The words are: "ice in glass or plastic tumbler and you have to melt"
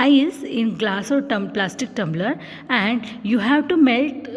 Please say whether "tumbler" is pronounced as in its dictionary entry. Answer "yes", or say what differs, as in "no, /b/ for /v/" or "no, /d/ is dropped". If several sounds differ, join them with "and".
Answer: yes